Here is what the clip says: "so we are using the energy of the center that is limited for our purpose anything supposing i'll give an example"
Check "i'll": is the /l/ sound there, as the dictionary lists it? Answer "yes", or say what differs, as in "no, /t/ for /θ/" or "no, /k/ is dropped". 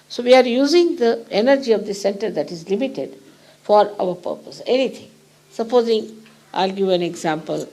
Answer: yes